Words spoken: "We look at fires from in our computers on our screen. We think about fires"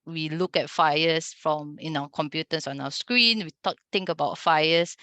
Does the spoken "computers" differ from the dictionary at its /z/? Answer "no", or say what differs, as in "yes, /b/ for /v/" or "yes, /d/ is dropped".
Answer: yes, /s/ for /z/